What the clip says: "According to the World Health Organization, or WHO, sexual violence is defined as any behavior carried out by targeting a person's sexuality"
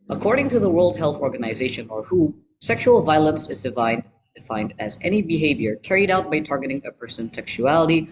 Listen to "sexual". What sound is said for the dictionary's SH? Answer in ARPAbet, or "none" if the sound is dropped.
SH